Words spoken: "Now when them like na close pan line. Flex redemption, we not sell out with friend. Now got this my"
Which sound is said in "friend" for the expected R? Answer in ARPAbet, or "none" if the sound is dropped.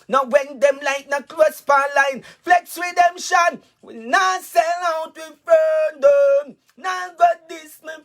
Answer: none